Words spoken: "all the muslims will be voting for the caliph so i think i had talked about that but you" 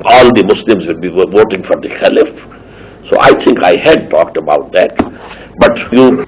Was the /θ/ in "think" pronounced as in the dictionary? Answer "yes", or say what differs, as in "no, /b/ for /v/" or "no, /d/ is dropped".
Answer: no, /t/ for /θ/